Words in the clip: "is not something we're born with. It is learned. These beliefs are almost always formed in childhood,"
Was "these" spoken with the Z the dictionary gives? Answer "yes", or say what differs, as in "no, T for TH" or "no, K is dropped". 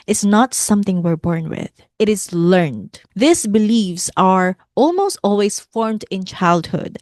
no, S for Z